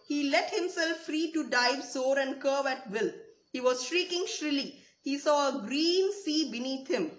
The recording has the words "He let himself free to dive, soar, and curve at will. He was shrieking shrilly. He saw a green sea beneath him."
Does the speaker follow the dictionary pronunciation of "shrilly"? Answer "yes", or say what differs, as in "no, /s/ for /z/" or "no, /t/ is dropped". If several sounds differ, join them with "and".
yes